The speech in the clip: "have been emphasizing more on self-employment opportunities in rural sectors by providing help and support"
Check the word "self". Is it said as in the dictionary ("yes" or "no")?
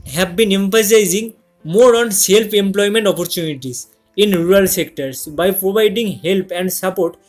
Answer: no